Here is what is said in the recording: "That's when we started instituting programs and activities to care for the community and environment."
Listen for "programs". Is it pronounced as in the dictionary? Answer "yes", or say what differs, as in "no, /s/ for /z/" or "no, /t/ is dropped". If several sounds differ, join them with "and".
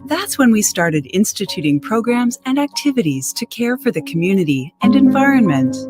yes